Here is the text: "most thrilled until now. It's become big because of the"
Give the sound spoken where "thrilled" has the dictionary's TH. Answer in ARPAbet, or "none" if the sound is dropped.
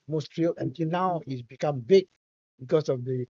T